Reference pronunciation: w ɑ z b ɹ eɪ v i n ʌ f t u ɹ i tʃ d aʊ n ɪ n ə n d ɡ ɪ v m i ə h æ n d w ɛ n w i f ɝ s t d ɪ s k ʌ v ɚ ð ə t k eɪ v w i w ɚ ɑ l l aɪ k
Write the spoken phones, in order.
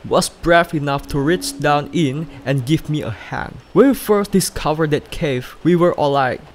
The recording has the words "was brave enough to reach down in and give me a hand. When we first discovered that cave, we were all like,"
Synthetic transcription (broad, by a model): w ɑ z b ɹ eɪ f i n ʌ f t u ɹ i tʃ d aʊ n ɪ n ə n ɡ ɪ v m i ə h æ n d w ɛ n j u f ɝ s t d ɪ s k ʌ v ɚ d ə t k eɪ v w i w ɚ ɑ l l aɪ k